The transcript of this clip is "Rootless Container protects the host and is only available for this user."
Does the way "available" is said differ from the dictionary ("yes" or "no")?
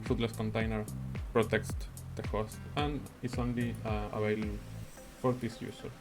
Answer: yes